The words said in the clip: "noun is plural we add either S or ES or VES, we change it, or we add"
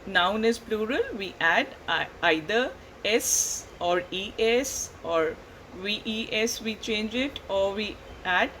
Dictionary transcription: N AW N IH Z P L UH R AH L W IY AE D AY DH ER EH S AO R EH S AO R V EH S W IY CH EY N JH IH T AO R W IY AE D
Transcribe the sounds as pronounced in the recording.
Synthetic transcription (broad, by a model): N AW N IH Z P L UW R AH L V IY AE D AY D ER EH S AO R EH S AO R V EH S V IY CH EY N JH IH T AO R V IY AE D